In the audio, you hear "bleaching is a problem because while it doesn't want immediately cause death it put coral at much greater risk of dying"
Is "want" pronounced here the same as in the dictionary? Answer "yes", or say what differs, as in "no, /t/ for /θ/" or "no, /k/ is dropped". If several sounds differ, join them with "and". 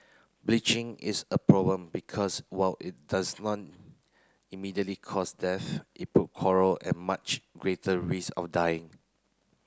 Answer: no, /n/ is dropped